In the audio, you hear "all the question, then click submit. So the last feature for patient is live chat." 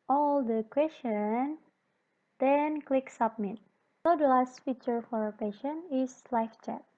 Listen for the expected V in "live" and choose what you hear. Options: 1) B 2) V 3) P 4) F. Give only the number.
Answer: 4